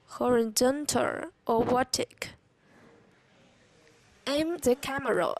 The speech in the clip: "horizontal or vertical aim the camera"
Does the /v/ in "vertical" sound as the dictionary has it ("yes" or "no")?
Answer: no